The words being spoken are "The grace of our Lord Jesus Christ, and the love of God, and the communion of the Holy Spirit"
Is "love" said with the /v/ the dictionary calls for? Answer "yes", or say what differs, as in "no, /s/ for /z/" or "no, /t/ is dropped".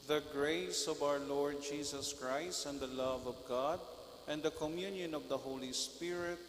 yes